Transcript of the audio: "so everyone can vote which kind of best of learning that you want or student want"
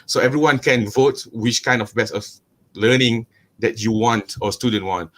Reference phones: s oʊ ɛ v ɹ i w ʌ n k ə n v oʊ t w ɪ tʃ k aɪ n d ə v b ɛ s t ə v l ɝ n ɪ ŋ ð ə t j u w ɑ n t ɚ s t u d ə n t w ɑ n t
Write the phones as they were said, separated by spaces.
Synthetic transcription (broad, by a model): s oʊ ɛ v ɹ i w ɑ n k ə n v oʊ t w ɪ tʃ k aɪ n d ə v b ɛ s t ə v l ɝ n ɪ ŋ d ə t j u w ɑ n t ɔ s t u d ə n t w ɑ n t